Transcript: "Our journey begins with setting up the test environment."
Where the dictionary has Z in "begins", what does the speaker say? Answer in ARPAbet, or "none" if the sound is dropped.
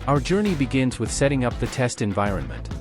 Z